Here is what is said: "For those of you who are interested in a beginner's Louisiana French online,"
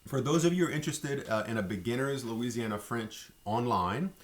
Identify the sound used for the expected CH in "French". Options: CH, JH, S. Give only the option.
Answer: CH